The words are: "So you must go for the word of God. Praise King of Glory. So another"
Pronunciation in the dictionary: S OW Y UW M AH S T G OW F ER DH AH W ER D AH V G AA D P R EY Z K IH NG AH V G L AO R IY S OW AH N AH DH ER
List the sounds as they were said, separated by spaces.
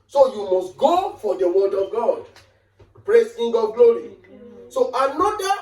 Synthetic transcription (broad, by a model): S OW Y UW M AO S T G OW F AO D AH W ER D AH V G AA D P R EY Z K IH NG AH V G L AO R IY S OW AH N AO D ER